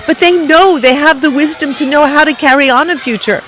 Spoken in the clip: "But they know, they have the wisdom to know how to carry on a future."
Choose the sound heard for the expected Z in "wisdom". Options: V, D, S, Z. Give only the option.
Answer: Z